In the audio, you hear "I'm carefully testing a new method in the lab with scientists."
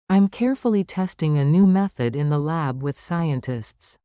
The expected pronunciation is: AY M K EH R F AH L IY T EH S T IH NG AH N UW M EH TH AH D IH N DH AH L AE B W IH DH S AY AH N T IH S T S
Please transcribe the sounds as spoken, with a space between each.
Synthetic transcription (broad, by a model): AY M K EH R F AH L IY T EH S T IH NG AH N UW M EH TH AH D IH N DH AH L AE B W IH DH S AY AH N T IH S T S